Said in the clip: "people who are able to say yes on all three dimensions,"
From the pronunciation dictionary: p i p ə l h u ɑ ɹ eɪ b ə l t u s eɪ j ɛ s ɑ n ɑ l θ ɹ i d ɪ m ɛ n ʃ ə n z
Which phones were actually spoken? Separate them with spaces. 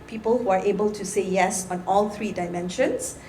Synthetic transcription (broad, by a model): p i p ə l h u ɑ ɹ eɪ b ə l t u s eɪ j ɛ s ɑ n ɑ l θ ɹ i d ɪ m ɛ n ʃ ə n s